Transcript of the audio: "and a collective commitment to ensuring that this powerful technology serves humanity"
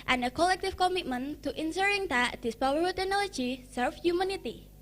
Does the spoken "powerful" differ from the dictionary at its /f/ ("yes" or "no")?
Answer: yes